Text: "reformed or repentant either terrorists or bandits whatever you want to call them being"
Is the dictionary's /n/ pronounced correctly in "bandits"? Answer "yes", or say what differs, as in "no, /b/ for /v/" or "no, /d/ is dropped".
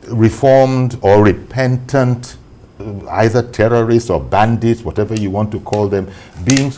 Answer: yes